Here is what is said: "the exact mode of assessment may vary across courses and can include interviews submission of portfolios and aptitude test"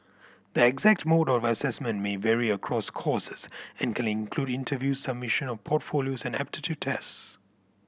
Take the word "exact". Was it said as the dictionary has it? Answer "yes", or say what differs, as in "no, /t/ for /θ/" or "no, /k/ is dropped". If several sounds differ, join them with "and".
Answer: yes